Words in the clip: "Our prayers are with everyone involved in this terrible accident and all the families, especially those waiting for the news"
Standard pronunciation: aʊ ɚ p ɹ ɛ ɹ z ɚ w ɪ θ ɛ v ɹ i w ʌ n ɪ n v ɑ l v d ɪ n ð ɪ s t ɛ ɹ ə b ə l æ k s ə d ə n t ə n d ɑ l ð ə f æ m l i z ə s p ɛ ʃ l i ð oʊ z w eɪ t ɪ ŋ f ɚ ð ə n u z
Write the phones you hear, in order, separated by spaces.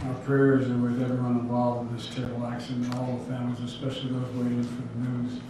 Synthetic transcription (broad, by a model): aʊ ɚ p ɹ ɛ ɹ z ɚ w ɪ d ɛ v i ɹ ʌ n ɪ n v ɑ l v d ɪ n ð ɪ s t ɛ ə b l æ k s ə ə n ə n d ɑ l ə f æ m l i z ə s p ɛ ʃ l i ð oʊ z w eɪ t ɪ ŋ f ɚ ð ə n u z